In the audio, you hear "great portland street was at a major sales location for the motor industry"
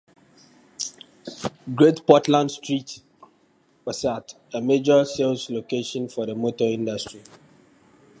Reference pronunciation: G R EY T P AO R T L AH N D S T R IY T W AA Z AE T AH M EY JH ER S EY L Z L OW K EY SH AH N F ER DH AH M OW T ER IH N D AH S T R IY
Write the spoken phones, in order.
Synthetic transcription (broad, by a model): G R EY T P AO T L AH N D S T R IY T W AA S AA T AH M EY JH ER S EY L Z L OW K EY SH AH N F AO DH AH M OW T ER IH N D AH S T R IY